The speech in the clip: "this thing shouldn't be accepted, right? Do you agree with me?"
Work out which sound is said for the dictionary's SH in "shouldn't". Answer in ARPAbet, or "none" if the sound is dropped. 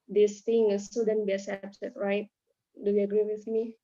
S